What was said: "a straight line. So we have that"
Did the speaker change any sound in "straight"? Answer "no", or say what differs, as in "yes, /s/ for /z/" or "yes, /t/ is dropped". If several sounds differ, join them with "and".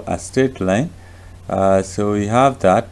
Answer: yes, /ɹ/ is dropped